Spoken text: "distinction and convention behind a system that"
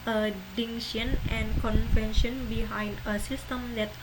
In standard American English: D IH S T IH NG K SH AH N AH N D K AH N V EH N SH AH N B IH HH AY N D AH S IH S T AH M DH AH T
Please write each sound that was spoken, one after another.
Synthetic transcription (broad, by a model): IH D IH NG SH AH N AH N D K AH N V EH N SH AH N B IH HH AY N D AH S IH S T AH M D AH T